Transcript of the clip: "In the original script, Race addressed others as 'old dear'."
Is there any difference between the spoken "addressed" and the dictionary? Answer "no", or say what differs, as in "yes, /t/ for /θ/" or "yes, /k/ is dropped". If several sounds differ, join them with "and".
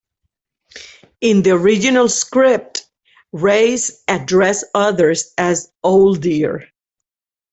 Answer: yes, /t/ is dropped